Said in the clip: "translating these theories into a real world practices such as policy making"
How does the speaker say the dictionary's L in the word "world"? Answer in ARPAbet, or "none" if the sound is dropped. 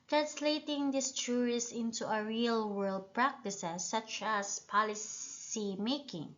L